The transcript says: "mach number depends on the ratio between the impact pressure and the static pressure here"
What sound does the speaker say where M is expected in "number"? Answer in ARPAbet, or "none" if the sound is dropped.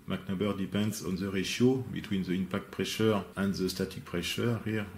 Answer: none